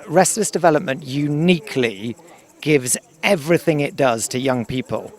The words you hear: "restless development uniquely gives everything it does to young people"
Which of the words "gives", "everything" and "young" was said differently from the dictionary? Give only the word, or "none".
none